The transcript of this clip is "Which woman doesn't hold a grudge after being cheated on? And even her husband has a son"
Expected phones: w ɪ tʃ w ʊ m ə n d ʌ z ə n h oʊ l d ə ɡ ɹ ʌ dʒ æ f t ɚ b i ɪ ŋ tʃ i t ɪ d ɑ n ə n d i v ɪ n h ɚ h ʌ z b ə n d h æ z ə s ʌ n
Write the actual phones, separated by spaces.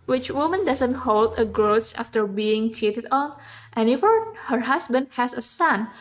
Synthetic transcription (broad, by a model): w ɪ tʃ w ʊ m ə n d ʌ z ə n h oʊ l d ə ɡ ɹ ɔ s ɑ f t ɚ b i ɪ ŋ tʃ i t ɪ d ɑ n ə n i f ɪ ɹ h ɚ h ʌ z b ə n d h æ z ə s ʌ n